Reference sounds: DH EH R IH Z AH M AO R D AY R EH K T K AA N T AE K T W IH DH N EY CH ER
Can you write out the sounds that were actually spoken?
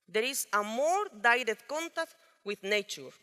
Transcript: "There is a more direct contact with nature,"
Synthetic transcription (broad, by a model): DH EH R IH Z AH M AO R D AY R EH T K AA N T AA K T W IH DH N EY CH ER